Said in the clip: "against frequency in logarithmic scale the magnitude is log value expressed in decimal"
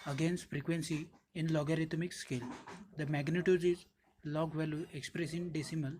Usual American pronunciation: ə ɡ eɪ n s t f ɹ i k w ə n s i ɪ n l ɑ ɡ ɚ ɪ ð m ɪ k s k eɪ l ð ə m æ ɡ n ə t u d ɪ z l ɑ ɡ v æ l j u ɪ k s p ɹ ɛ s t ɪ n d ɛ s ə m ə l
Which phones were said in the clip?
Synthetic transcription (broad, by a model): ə ɡ eɪ n s t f ɹ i k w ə n s i ɪ n l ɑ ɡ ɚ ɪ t m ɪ k s k eɪ l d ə m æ ɡ n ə t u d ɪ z l ɑ ɡ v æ l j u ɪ k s p ɹ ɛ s ɪ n d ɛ s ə m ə l